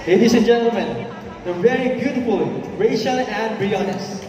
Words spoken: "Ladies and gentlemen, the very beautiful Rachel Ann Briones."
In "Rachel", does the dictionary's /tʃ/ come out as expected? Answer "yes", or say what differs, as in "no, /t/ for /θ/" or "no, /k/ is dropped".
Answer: no, /ʃ/ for /tʃ/